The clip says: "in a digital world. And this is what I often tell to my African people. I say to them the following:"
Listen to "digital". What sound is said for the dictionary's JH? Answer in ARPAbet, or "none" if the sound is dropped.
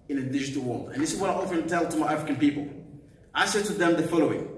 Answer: JH